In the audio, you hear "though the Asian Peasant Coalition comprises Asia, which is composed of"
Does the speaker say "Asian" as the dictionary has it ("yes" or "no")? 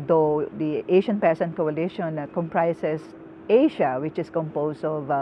no